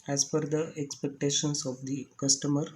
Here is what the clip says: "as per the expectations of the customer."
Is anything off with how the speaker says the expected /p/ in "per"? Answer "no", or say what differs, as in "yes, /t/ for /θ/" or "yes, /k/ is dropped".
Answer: yes, /f/ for /p/